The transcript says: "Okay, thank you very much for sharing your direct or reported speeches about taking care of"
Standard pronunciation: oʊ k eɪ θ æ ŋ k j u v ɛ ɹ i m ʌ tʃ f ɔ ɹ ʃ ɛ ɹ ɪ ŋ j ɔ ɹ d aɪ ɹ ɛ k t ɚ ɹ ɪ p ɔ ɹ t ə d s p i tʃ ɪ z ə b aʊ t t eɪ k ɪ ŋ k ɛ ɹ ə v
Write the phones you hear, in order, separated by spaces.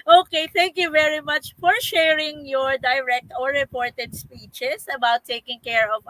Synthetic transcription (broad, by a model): oʊ k eɪ θ æ ŋ k j u v ɛ ɹ i m ʌ tʃ f ɔ ɹ ʃ ɛ ɹ ɪ ŋ j ɔ ɹ d aɪ ɹ ɛ k t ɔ ɹ ɪ p ɔ ɹ t ə d s p i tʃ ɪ s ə b aʊ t t eɪ k ɪ ŋ k ɛ ɹ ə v